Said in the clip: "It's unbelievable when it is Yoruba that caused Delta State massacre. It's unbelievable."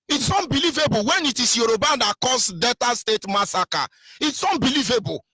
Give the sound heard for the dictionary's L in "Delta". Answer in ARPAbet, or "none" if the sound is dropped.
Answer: none